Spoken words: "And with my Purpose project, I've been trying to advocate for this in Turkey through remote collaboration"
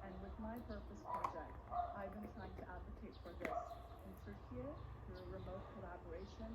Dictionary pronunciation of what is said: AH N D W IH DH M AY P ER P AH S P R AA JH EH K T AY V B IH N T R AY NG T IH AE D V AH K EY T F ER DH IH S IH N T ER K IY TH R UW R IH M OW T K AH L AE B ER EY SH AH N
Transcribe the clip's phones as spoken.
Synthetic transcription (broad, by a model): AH N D W IH DH M AY P ER P AH S P R AA JH EH K T AY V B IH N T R AY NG T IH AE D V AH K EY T F ER DH IH S IH N S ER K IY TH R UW R IH M OW T K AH L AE B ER EY SH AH N